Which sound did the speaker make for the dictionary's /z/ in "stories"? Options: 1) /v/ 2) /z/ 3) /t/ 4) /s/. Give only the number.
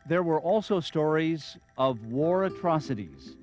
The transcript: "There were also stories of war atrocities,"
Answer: 2